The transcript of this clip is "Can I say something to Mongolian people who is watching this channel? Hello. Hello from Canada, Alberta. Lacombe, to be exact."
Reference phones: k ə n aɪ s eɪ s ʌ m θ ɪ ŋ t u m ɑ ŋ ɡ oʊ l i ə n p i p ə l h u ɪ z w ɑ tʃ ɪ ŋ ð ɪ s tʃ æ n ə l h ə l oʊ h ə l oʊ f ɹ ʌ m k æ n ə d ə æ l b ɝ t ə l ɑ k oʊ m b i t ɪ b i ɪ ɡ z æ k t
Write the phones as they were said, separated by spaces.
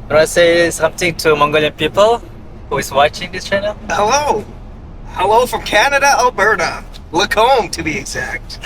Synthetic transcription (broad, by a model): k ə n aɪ s eɪ s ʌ m t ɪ ŋ t u m ɑ ŋ ɡ oʊ l i ə n p i p ə l h u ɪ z w ɑ tʃ ɪ ŋ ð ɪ s tʃ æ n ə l h ə l oʊ h ə l oʊ f ɹ ʌ m k æ n ə d ə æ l b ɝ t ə l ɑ k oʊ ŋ t ɪ b i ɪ ɡ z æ k t